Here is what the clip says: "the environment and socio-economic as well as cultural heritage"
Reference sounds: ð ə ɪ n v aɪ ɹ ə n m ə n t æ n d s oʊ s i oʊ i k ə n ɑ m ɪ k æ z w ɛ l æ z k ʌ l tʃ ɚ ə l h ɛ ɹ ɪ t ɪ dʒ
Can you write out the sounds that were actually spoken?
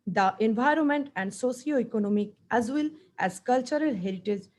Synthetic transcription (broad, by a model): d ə ɪ n v aɪ ɹ ə n m ə n t æ n d s oʊ s i oʊ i k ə n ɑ m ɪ k æ z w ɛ l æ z k ʌ l tʃ ɚ ə l h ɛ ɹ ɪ t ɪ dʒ